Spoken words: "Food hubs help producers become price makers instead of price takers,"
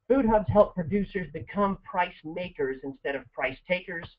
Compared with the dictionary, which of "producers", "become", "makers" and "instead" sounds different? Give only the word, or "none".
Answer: none